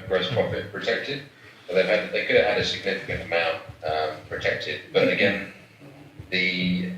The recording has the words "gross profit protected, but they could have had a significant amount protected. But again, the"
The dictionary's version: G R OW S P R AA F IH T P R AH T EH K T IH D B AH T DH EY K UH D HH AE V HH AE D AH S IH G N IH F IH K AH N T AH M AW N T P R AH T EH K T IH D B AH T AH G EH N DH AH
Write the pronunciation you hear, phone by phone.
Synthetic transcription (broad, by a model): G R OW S P R AA F IH T P R AH T EH K T IH D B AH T DH EY K UH D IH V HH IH D AH S IH G N IH F IH K AH N T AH M AW N T P R AH T EH K T IH D B AH T AH G EH N DH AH